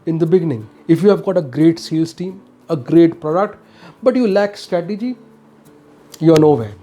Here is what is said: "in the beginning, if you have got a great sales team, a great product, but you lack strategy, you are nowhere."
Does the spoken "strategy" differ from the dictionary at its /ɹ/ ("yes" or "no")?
no